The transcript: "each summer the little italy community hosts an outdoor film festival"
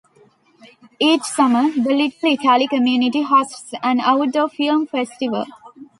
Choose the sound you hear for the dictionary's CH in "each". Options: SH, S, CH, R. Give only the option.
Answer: CH